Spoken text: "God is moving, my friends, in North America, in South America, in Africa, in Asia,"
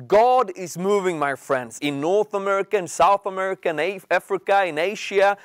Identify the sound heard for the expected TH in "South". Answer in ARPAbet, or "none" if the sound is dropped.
TH